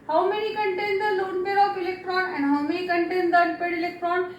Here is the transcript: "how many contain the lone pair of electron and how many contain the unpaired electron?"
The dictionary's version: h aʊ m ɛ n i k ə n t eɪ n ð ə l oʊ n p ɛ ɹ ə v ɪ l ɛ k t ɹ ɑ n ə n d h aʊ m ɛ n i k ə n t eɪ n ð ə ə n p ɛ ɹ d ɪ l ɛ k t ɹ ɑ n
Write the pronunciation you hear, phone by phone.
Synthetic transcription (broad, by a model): h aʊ m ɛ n i k ə n t eɪ n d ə l oʊ n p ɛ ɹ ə f ɪ l ɛ k t ɹ ɑ n ə n d h aʊ m ɛ n i k ə n t eɪ n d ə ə p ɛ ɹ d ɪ l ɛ k t ɹ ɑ n